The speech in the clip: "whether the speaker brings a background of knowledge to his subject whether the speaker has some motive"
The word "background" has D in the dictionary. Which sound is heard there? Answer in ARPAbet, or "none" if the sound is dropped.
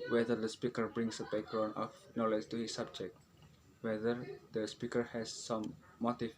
none